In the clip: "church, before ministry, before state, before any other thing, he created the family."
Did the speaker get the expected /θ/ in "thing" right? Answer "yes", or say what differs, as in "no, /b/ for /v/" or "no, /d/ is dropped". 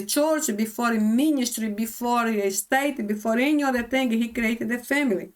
no, /t/ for /θ/